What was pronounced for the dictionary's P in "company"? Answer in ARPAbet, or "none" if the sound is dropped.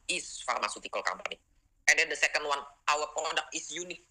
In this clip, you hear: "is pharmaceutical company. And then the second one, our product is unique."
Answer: B